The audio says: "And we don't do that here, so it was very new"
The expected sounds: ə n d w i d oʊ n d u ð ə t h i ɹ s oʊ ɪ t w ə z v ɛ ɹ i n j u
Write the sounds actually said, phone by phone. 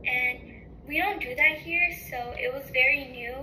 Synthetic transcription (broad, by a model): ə n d w i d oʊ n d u ð ə t h i ɹ s oʊ ɪ t w ə z v ɛ ɹ i n j u